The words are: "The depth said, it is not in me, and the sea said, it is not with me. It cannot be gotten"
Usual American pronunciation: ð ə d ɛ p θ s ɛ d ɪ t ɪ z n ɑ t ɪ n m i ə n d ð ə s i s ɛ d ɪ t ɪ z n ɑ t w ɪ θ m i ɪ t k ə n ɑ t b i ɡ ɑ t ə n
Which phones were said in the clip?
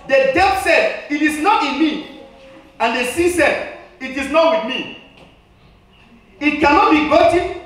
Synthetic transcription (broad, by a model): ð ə d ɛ θ s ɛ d ɪ t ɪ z n ɑ t ɪ n m i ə n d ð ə s i s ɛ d ɪ t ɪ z n ɑ t w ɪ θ m i ɪ t k ə n ɑ t b i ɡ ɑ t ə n